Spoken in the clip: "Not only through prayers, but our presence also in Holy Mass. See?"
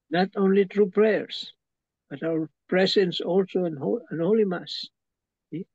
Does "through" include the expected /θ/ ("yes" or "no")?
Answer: no